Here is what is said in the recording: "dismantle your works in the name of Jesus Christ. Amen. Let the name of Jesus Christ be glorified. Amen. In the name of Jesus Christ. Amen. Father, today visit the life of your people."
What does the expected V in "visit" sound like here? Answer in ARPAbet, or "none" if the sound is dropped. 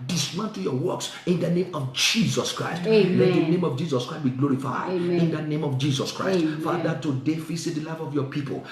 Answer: F